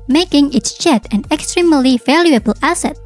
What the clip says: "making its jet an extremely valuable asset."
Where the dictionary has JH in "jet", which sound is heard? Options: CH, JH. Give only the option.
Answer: CH